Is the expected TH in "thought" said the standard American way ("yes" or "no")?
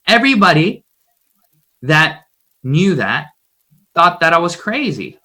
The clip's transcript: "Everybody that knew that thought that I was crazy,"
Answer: yes